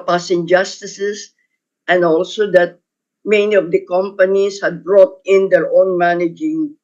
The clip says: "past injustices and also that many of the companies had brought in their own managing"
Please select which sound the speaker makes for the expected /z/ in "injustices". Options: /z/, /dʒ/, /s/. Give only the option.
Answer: /s/